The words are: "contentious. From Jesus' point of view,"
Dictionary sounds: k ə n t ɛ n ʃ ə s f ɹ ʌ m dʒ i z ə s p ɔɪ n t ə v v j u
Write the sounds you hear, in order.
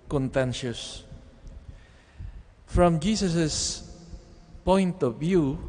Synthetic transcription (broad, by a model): k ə n t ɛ n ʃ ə s f ɹ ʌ m dʒ i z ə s p ɔɪ n t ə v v j u